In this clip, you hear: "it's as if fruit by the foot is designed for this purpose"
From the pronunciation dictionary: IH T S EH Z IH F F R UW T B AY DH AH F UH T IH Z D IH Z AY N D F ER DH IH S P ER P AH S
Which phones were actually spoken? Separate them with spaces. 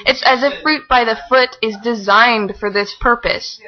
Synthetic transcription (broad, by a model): IH T S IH Z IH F F R UW T B AY DH AH F UH T IH Z D IH Z AY N D F ER DH IH S P ER P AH S